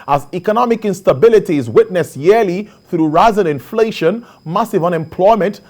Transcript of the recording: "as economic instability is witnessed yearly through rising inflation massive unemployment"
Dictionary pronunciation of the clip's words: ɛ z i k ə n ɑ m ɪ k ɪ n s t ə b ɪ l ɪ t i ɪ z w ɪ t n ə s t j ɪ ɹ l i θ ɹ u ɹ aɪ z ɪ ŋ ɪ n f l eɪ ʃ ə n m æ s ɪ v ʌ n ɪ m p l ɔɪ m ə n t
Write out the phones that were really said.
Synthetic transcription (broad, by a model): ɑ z i k ə n ɑ m ɪ k ɪ n s t ə b ɪ l ɪ t i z w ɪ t n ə s j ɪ l i θ ɹ u ɹ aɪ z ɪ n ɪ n f l eɪ ʃ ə n m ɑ s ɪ v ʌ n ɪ m p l ɔɪ m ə n t